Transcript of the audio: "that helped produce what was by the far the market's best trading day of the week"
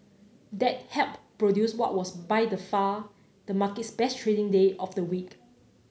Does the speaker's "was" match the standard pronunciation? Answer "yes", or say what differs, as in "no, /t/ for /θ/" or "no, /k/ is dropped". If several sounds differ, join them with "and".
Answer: no, /s/ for /z/